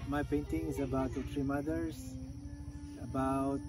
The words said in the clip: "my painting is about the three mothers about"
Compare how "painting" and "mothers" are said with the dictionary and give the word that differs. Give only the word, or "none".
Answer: mothers